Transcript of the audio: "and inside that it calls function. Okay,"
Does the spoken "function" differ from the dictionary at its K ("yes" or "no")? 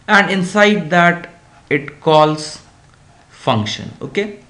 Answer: no